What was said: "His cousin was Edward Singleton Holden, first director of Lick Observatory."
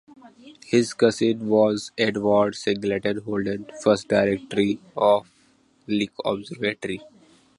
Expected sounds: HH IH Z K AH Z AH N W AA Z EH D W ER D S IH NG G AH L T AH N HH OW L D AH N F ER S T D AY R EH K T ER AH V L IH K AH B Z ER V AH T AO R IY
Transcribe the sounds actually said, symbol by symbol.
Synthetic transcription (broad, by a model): HH IH Z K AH S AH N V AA Z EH D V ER D S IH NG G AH L T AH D HH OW L D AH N F ER S T D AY R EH K T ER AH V L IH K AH B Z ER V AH T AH R IY